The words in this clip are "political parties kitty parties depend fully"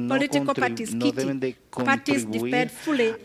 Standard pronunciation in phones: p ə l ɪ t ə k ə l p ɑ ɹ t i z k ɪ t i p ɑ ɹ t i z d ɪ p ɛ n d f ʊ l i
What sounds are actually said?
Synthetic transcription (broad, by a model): p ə l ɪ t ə k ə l p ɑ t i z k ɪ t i p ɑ t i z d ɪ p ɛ d f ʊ l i